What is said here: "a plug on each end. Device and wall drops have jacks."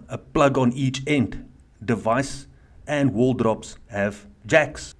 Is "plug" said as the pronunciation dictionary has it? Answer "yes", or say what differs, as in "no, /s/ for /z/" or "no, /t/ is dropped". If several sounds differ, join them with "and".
yes